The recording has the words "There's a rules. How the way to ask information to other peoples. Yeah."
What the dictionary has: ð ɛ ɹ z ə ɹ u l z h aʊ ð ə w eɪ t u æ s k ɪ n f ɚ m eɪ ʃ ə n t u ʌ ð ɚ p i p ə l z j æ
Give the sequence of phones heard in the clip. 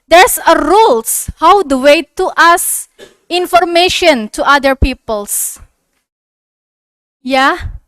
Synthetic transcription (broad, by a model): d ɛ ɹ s ə ɹ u l s h aʊ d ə w eɪ t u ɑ s ɪ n f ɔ m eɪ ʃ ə n t u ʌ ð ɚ p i p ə l s j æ